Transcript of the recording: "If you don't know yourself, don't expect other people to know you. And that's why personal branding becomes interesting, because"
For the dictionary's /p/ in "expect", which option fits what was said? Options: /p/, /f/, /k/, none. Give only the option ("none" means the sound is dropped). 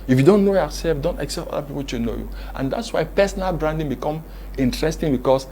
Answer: none